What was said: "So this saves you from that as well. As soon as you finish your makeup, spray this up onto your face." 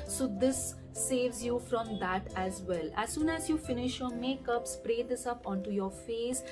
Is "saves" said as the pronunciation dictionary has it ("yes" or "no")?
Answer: yes